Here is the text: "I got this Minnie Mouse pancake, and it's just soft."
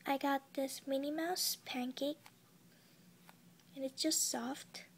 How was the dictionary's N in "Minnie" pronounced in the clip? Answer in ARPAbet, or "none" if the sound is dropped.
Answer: N